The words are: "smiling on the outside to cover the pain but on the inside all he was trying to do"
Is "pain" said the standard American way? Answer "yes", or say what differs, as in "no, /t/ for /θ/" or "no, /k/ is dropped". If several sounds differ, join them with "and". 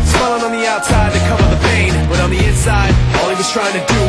no, /b/ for /p/